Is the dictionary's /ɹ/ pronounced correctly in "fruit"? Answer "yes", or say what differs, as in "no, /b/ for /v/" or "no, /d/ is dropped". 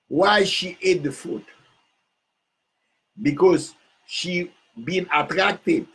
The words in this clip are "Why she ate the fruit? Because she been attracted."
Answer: no, /ɹ/ is dropped